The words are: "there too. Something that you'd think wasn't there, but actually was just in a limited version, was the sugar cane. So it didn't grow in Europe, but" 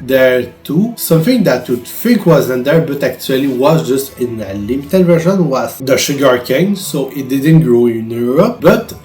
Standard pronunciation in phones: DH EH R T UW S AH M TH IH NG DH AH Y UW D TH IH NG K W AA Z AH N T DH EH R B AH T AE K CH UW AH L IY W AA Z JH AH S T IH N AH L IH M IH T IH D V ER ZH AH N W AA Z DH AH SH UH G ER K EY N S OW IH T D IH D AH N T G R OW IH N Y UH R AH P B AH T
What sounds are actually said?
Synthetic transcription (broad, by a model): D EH R T UW S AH M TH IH NG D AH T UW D F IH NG K W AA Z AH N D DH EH R B AH T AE K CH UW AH L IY W AA Z JH AH S T IH N AH L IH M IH T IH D V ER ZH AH N W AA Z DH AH SH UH G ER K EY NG S OW IH T D IH D AH N T G R OW IH N Y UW R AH P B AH T